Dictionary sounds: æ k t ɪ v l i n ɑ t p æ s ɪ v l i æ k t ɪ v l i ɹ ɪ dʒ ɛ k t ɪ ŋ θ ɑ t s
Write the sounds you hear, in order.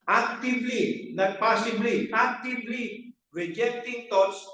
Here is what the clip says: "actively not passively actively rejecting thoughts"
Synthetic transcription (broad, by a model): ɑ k t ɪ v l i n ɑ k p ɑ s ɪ b l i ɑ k t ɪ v l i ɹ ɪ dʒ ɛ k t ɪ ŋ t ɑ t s